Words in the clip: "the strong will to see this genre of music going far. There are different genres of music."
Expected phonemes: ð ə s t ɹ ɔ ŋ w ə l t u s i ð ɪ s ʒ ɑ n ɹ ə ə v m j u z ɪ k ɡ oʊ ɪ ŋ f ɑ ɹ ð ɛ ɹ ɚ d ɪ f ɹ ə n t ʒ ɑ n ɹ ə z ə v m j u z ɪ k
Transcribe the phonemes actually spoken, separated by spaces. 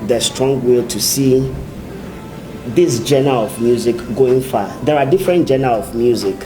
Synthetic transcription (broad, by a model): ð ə s t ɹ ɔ ŋ w ə l t u s i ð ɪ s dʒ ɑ n ə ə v m j u z ɪ k ɡ oʊ ɪ ŋ f ɑ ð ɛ ɹ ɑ d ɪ f ɹ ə n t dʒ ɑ n ə ə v m j u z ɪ k